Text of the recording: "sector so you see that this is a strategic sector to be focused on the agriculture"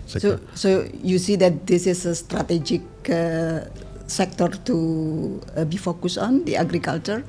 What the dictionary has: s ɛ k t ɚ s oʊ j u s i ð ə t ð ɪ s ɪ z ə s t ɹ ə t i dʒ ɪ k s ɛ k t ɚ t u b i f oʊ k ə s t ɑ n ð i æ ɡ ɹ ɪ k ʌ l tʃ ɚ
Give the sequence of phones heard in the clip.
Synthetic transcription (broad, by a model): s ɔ s oʊ j u s i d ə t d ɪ s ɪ s ə s t ɹ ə t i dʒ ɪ k s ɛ k t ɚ t u b i f oʊ k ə s ɑ n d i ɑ ɡ ɹ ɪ k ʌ l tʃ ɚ